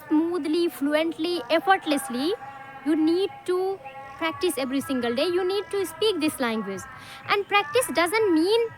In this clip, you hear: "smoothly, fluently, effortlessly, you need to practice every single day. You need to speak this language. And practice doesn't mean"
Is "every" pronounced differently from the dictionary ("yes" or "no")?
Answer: no